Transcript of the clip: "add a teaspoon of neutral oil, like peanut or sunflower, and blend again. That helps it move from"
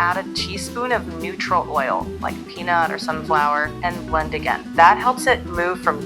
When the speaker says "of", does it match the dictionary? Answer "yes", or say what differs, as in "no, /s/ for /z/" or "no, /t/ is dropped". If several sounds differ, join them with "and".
yes